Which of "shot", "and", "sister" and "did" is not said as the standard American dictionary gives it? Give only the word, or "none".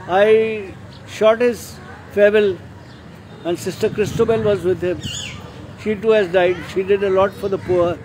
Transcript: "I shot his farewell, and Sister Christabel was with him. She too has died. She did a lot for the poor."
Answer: none